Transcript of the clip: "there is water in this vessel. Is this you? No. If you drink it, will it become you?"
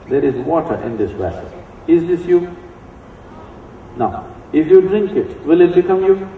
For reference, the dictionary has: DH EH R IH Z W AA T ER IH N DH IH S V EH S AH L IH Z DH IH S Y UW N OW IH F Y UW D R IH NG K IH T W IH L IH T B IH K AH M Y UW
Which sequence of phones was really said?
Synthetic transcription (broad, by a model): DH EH R IH Z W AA T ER IH N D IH S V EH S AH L IH Z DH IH S Y UW N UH IH F Y UW D R IH NG K IH T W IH L IH T B IH K AH M Y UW